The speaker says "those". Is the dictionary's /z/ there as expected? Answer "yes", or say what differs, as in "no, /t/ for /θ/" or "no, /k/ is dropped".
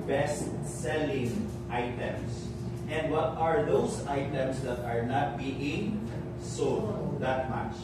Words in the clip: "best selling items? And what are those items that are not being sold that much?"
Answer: no, /s/ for /z/